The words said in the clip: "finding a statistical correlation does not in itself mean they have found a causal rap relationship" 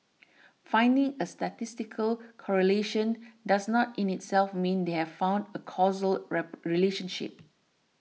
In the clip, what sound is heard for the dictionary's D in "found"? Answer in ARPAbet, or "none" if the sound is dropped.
D